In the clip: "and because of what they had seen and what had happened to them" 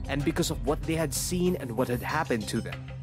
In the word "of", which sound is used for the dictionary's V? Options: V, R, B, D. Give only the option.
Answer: V